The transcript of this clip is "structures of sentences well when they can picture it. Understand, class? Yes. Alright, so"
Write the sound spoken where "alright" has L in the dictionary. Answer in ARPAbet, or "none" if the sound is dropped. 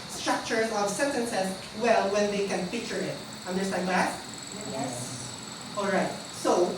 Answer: L